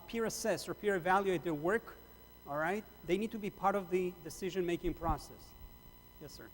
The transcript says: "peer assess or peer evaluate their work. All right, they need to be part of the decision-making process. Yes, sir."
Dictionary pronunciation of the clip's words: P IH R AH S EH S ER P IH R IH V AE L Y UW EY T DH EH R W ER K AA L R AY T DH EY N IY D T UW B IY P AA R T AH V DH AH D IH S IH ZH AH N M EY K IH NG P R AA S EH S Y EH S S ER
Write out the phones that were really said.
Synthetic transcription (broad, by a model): P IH R AH S EH S ER P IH R IH V AE L Y UW EY T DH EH R W ER K AA L R AY T DH EY N IY D T UW B IY P AA R T AH V DH AH D IH S IH ZH AH N M EY K IH NG P R AA S EH S Y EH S S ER